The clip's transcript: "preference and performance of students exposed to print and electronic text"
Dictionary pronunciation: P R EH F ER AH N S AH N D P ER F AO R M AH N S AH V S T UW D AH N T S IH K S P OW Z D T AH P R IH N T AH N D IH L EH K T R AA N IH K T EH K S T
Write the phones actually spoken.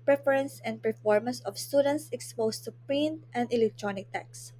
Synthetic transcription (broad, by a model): P R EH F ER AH N S AH N D P ER F AO R M AH N S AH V S T UW D AH N T S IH K S P OW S T AH P R IH N T AH N D IH L EH K T R AA N IH K T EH K S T